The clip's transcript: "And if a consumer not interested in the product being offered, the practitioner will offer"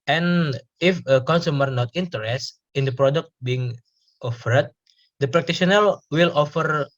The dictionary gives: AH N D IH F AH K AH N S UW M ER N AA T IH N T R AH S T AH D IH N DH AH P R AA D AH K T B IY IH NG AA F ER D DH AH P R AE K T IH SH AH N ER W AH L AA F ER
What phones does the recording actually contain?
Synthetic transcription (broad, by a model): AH N IH F AH K AH N S UW M ER N AA T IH N T AH T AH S IH N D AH P R AA D AH K T B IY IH NG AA F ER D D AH P R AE K T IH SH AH N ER W AH L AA F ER